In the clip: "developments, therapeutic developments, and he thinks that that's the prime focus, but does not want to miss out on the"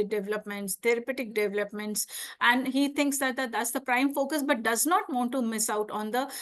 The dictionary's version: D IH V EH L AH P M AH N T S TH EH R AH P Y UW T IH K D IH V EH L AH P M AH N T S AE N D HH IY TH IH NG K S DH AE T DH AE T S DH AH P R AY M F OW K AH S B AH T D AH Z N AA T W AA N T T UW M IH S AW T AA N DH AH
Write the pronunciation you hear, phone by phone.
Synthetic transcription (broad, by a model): D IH V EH L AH P M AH N T S T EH R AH P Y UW T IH K D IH V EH L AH P M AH N T S AE N D HH IY T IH NG K S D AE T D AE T S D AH P R AY M F OW K AH S B AH T D AH Z N AA T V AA N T T UW M IH S AW T AA N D AH